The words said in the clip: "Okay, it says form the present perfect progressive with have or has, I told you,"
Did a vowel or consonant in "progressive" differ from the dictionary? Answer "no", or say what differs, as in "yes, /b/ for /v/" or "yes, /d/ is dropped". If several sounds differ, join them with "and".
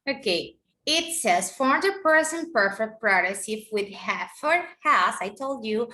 yes, /f/ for /v/